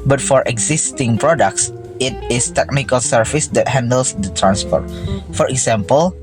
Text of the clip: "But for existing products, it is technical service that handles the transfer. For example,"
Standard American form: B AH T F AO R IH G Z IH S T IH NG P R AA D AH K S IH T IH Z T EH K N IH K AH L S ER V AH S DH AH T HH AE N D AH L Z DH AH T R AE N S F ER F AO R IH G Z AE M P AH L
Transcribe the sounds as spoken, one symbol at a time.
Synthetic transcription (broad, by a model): B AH T F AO R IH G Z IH S T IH NG P R AA D AH K S IH T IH S T EH K N IH K AH L S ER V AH S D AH T HH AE N D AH L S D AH T R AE N S P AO F AO R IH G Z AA M P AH L